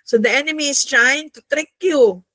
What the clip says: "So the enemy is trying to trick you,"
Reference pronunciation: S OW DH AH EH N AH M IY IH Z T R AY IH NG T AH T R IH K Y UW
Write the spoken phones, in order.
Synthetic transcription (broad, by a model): S OW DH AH EH N AH M IY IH S T R AY IH NG T AH T R IH K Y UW